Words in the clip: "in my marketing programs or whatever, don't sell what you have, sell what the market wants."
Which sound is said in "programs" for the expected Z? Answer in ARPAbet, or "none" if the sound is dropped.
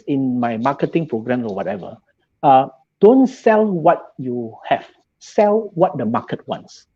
none